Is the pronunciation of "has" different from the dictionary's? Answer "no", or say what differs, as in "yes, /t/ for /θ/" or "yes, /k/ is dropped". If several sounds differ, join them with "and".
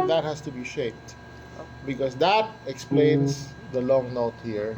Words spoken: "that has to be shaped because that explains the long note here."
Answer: yes, /s/ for /z/